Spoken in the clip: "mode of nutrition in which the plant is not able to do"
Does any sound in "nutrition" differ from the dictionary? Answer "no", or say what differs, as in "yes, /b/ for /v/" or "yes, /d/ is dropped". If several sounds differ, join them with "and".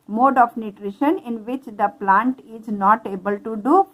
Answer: no